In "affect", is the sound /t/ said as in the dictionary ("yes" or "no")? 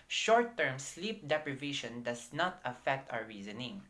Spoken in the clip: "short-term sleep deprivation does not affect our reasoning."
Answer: yes